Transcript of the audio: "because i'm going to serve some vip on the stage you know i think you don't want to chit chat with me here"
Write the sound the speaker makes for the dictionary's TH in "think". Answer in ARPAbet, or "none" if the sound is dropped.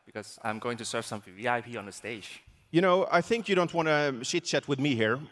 TH